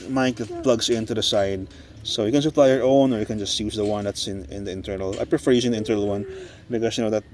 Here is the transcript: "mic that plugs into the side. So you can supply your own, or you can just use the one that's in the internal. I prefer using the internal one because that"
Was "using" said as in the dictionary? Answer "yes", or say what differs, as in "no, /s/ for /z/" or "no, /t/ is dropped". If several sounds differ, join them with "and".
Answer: no, /s/ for /z/